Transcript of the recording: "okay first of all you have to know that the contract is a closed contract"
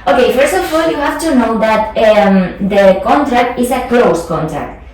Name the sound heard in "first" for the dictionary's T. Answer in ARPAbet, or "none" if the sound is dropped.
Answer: T